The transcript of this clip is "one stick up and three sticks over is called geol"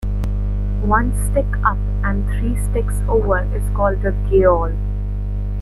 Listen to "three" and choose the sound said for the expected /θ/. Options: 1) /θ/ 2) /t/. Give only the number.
2